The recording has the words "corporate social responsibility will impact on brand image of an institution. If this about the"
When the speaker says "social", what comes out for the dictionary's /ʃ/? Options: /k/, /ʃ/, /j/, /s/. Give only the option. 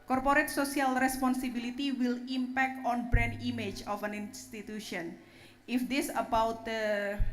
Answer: /s/